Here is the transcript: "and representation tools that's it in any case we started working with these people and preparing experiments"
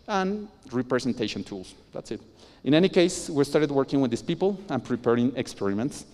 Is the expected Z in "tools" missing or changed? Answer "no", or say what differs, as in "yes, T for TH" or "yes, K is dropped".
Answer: yes, S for Z